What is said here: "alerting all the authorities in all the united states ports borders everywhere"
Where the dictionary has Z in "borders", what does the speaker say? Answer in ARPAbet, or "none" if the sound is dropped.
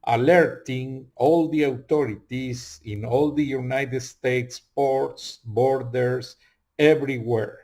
S